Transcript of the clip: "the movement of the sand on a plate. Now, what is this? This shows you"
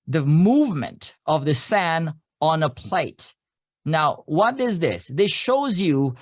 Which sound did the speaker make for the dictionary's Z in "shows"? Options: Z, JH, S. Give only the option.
Z